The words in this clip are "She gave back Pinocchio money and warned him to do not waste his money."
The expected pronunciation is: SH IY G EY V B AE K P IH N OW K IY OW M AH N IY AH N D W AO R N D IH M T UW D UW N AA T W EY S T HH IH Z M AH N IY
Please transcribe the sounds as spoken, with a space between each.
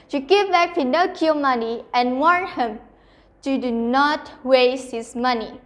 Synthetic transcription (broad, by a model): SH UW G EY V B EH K F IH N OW K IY M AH N IY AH N W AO N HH IH M T UW D UW N AA T W EY S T HH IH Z M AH N IY